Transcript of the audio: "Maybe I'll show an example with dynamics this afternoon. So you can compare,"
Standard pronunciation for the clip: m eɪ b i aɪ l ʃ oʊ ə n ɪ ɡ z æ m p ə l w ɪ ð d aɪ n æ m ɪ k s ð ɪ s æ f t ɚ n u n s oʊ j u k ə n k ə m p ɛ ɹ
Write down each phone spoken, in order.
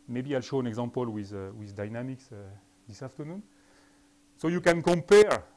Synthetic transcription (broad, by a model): m eɪ b i aɪ l ʃ oʊ ə n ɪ ɡ z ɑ m p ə l w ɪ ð d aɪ n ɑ m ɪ k s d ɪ s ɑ f t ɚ n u n s oʊ j u k ə n k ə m p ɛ ɹ